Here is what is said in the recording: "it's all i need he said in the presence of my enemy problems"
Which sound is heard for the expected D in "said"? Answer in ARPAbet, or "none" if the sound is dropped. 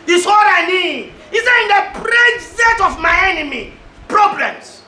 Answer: none